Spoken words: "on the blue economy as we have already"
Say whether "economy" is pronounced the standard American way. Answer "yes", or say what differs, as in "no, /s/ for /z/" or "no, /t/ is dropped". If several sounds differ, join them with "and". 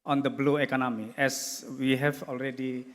yes